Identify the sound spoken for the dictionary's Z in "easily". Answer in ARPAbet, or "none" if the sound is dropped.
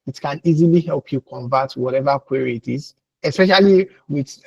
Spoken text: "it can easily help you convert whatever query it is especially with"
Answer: Z